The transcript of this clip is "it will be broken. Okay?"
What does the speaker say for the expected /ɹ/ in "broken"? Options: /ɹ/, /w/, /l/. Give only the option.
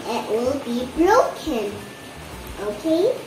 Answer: /l/